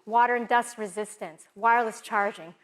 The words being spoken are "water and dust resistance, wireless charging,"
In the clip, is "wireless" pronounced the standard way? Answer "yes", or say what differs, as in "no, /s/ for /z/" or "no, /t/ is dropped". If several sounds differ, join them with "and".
yes